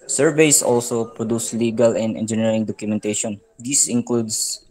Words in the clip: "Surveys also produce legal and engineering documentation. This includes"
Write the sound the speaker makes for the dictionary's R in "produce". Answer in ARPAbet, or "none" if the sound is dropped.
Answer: R